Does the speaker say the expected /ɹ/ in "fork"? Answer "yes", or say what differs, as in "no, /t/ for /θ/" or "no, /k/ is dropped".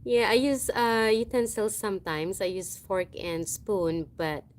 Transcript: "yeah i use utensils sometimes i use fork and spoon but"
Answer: yes